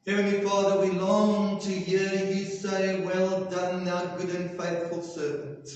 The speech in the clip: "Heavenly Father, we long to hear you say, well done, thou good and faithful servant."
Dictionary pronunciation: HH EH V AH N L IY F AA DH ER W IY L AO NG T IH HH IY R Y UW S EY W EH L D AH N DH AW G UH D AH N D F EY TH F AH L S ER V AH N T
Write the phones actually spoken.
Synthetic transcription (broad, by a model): HH EH V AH N L IY F AA DH ER W IY L AO NG T IH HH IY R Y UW S EY W EH L D AH N DH AW G UH D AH N F EY TH F AH L S ER V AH N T